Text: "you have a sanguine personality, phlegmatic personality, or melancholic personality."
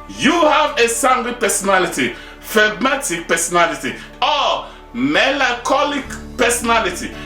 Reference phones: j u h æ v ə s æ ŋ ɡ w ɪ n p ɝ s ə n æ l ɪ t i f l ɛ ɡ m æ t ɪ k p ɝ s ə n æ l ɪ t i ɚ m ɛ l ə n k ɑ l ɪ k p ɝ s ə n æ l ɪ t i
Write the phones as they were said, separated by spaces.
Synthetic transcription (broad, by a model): j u h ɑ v ə s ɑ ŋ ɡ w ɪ p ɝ s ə n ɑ l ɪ t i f ɛ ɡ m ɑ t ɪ k p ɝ s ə n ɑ l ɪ t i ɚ m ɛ l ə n k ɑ l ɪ k p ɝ s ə n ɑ l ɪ t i